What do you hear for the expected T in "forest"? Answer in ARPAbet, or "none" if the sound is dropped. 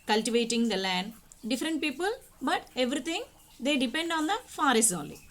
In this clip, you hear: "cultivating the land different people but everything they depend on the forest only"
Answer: none